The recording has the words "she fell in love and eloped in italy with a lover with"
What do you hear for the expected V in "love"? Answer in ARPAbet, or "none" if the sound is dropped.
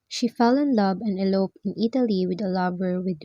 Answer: B